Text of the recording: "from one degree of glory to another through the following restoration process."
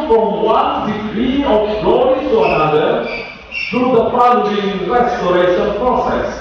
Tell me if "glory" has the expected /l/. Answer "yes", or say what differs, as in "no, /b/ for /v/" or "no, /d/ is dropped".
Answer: no, /l/ is dropped